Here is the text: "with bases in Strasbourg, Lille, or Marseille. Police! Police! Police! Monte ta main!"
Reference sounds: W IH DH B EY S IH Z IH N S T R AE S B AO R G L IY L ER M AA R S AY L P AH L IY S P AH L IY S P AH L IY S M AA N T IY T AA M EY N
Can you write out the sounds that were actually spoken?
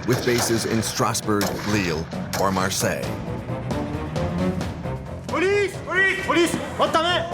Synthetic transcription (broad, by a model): W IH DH B EY S IH Z IH N S T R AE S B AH R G L IY L ER M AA R S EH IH P AH L IY S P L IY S P AH L IY S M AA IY T AA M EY